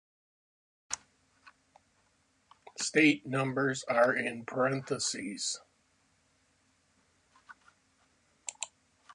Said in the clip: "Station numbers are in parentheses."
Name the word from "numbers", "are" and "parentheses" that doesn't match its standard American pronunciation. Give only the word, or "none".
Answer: none